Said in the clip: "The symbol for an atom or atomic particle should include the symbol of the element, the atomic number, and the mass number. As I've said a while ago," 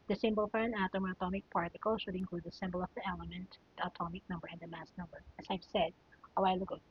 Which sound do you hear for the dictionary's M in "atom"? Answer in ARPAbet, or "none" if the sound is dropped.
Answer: M